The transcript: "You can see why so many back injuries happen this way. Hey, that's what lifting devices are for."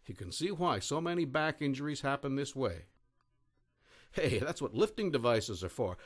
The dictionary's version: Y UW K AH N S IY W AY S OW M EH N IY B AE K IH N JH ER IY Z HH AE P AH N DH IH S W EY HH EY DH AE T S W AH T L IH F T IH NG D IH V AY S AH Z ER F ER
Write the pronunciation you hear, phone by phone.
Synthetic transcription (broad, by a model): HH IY K AH N S IY W AY S OW M EH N IY B AE K IH N JH ER IY Z HH AE P AH N DH IH S W EY HH EY DH AE T S W AH T L IH F T IH NG D IH V AY S AH Z ER F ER